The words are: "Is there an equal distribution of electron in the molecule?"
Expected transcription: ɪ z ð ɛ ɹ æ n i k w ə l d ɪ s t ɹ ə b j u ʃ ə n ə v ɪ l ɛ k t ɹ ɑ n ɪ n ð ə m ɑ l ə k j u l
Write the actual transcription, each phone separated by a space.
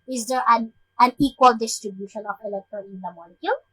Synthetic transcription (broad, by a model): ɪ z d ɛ ɹ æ n i k w ə l d ɪ s t ɹ ə b j u ʃ ə n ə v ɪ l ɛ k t ɑ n ɪ n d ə m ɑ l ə k j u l